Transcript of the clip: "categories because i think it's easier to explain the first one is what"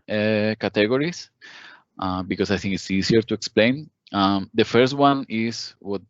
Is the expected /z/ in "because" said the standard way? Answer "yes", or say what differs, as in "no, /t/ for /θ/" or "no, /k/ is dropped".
no, /s/ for /z/